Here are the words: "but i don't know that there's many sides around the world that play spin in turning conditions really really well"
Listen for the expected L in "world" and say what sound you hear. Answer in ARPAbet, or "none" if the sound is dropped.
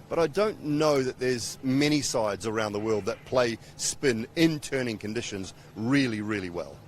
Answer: L